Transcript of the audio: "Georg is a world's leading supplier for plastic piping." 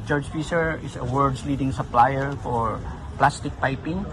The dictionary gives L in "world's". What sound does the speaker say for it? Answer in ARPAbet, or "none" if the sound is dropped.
none